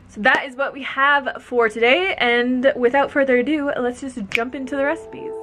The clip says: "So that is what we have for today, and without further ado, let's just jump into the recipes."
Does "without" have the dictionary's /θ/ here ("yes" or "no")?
yes